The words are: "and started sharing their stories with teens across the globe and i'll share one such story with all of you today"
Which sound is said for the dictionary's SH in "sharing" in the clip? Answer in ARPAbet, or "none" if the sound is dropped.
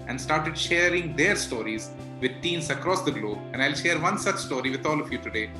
SH